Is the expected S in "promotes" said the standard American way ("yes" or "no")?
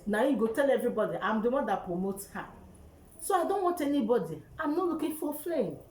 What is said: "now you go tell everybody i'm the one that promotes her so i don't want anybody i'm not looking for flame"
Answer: no